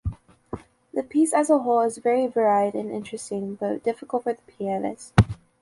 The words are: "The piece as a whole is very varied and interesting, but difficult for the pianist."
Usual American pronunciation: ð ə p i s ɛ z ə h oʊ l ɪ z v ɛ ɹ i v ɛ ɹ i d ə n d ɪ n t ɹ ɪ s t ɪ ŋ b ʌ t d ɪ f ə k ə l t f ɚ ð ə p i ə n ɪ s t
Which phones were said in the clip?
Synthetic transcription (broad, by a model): ð ə p i s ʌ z ə h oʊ l ɪ z v ɛ ɹ i v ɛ ɹ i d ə n ɪ n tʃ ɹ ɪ s t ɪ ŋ b ʌ t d ɪ f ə k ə l t f ɚ ð ə p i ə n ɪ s